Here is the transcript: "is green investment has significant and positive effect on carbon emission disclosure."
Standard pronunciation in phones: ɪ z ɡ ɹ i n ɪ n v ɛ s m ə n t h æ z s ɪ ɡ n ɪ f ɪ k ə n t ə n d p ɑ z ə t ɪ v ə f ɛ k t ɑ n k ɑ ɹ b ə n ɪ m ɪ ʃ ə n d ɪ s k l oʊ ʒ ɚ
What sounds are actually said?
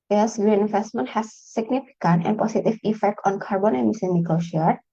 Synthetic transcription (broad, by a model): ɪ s ɡ ɹ i n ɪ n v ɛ s m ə n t h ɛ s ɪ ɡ n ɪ f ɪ k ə n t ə n p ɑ s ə t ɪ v ə f ɛ k t ɑ n k ɑ ɹ b ə n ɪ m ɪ s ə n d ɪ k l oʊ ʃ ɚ